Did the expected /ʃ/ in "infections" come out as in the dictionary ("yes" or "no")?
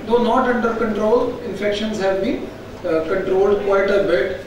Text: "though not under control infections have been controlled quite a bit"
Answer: yes